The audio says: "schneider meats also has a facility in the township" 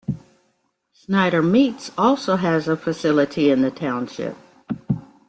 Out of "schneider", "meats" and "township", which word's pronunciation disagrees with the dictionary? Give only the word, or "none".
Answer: schneider